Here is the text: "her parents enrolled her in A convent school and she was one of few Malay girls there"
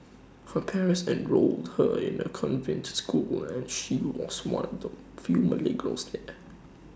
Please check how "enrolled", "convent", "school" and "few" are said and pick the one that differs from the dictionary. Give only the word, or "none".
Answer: none